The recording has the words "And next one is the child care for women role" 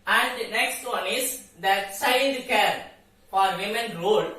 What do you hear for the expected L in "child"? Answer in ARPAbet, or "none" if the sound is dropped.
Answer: N